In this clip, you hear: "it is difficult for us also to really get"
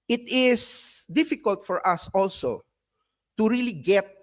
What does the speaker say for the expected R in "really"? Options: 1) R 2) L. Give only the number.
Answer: 1